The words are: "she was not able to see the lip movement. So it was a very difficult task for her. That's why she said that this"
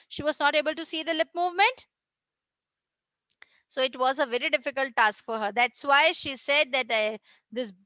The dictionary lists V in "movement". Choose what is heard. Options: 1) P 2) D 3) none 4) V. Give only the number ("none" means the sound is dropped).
4